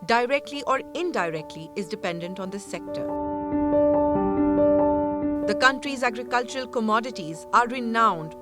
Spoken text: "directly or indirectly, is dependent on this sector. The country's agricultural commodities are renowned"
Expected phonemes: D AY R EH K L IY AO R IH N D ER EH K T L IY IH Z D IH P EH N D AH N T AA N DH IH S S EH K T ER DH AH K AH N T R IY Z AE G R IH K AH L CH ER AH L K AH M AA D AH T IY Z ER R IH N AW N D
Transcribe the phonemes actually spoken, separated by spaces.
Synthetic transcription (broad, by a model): D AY R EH K L IY AO R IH N D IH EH K T L IY IH Z D IH P EH N D AH N T AA N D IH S S EH K T ER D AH K AH N T R IY Z AE G R IH K AH L CH ER AH L K AH M AA D AH T IY Z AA R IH N AW N D